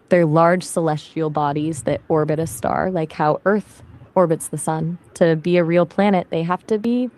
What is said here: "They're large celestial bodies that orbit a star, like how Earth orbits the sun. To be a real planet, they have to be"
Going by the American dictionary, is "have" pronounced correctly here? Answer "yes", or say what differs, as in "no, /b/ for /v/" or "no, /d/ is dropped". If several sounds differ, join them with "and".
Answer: no, /f/ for /v/